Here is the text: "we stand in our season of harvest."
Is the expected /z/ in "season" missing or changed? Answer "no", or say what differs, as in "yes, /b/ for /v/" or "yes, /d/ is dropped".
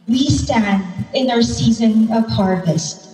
no